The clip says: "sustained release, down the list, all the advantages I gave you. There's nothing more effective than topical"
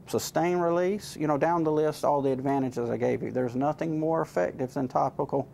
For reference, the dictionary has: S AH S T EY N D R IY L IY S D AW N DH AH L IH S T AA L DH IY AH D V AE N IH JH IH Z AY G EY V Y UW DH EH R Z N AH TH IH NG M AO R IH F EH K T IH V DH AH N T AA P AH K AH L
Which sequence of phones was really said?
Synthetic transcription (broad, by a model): S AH S T EY N R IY L IY S D AW N DH AH L IH S T AA L DH IY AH D V AE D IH JH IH Z AY G EY V Y UW DH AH R Z N AH TH IH NG M AO R IH F EH K T IH V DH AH N T AA P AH K L